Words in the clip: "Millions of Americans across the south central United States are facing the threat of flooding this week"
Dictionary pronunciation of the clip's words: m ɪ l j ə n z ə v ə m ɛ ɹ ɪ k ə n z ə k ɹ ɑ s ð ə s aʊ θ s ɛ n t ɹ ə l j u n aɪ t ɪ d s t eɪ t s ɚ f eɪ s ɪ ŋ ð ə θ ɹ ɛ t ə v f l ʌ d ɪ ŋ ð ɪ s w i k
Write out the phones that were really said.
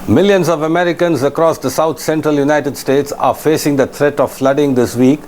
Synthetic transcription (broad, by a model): m ɪ l j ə n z ə v ə m ɛ ɹ ɪ k ə n z ə k ɹ ɑ s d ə s aʊ t s ɛ n t ɹ ə l j u n aɪ t ɪ d s t eɪ t s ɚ f eɪ s ɪ ŋ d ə t ɹ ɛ t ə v f l ʌ d ɪ ŋ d ɪ s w i k